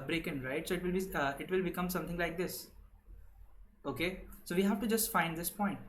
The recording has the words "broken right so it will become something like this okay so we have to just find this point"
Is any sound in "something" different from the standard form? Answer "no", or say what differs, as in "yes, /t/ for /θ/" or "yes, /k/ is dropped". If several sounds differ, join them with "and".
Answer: yes, /t/ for /θ/